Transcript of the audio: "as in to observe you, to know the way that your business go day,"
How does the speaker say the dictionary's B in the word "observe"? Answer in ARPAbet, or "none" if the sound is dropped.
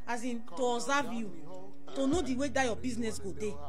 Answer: none